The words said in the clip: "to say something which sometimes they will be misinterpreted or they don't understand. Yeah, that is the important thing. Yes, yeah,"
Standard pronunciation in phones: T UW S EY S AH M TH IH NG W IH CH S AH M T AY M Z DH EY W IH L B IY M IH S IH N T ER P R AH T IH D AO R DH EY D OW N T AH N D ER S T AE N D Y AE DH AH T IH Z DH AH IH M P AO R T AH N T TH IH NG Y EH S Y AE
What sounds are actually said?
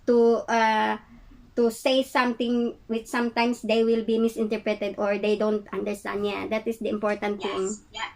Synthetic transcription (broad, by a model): T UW S EY S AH M T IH NG W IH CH S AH M T AY M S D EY W IH L B IY M IH S IH N T ER P R AH T IH D AO R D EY D OW N T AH N D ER S T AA N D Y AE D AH T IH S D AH IH M P AO R T AH N T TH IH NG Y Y